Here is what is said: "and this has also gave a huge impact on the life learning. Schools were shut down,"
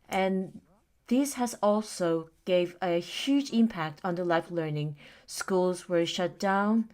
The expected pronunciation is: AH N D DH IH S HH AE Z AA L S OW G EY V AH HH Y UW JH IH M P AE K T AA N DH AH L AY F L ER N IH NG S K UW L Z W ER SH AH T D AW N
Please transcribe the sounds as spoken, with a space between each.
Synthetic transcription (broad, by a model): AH N DH IH S HH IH Z AA L S OW G EY V AH HH Y UW JH IH M P AE K T N DH AH L AY F L ER N IH NG S K UW L Z W ER SH AH T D AW N